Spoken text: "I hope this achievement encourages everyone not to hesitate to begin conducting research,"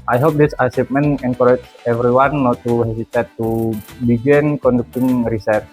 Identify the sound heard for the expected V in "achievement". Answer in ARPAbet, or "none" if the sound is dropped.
P